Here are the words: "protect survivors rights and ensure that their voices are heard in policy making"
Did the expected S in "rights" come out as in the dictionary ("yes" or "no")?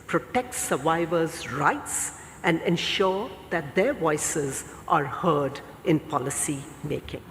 yes